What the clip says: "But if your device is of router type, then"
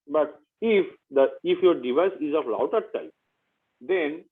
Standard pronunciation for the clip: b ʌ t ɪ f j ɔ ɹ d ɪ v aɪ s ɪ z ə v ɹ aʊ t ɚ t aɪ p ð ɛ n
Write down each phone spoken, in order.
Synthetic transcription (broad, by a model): b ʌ t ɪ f j ɔ ɹ d ɪ v aɪ s ɪ z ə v l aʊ t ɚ t aɪ p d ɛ n